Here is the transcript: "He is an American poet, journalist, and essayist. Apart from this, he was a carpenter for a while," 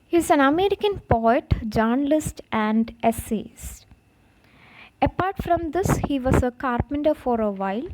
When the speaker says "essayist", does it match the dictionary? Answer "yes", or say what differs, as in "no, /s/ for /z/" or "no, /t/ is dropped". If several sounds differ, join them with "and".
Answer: no, /t/ is dropped